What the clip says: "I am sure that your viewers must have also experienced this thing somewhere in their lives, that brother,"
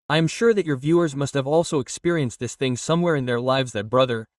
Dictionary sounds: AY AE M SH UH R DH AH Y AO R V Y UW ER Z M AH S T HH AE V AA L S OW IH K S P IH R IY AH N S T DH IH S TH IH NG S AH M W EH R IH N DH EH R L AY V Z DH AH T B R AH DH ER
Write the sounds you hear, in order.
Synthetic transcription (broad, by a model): AY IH M SH UH R DH AH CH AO R V Y UW ER Z M AH S T HH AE V AA L S OW IH K S P IH R IY AH N S T DH IH S TH IH NG S AH M W EH R IH N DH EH R L AY V Z DH AH T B R AH DH ER